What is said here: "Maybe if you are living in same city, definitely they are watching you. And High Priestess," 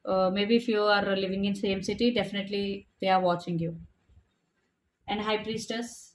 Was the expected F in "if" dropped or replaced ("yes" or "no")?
no